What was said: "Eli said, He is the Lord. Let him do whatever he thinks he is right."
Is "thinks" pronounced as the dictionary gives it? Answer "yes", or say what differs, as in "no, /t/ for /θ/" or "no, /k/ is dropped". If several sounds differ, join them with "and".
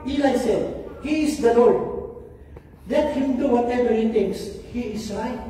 no, /t/ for /θ/